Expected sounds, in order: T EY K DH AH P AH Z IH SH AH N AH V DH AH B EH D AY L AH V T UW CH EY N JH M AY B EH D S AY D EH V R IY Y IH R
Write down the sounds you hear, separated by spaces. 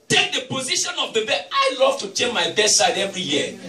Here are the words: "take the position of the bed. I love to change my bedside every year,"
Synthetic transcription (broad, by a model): T EY K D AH P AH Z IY SH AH N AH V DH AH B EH AY L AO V T UW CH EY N M AY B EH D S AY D EH V R IY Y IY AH